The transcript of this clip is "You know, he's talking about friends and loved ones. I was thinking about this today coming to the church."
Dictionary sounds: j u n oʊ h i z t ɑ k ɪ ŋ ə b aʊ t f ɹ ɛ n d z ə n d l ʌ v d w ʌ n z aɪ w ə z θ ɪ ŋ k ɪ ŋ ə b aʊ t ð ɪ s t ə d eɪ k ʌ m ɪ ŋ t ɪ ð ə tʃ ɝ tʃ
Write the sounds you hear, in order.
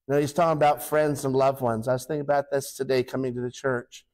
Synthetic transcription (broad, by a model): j n oʊ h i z t ɑ k ɪ ŋ ə b aʊ t f ɹ ɛ n d z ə n l ʌ v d w ʌ n z aɪ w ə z θ ɪ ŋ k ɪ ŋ ə b aʊ t ð ɪ s t ə d eɪ k ʌ m ɪ ŋ t ɪ ð ə tʃ ɝ tʃ